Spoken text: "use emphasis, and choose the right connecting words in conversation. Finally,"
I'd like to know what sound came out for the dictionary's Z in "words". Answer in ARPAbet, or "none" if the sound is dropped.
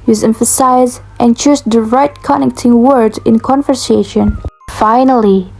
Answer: none